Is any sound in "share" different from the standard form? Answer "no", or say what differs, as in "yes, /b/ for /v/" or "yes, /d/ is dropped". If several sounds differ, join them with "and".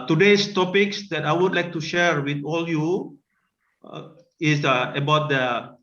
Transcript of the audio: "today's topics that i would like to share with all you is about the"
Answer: no